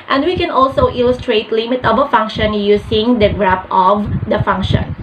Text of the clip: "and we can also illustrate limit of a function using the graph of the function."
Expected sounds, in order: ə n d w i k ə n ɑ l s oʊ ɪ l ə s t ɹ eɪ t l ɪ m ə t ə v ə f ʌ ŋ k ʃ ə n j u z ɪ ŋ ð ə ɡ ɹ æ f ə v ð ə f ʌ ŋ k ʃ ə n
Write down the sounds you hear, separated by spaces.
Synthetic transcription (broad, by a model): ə n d w i k ə n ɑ l s oʊ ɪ l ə s t ɹ eɪ t l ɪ m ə t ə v ə f ʌ ŋ k ʃ ə n j u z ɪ ŋ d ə ɡ ɹ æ p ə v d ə f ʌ ŋ k ʃ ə n